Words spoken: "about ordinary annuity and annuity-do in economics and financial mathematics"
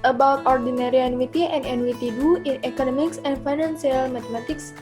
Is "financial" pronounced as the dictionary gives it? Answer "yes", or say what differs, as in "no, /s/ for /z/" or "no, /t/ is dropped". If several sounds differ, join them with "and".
no, /s/ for /ʃ/